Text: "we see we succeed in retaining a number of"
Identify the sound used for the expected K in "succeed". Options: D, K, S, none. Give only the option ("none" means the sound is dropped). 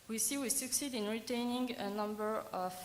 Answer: K